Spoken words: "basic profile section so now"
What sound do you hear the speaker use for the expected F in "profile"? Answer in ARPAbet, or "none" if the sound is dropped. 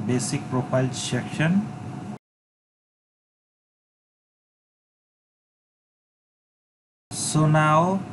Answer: P